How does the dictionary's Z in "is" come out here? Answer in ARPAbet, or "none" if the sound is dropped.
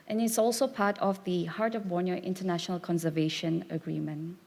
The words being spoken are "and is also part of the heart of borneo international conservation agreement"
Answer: S